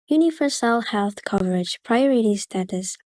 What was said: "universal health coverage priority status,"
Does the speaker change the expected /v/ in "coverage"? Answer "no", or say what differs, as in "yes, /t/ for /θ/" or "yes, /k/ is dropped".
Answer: no